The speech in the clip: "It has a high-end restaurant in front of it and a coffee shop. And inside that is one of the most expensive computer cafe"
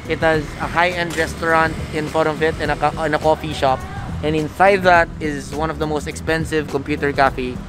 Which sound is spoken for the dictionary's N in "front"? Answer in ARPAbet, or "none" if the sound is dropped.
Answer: none